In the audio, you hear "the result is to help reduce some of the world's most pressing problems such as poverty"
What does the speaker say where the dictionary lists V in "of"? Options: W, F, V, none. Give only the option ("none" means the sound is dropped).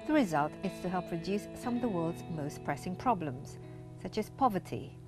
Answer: V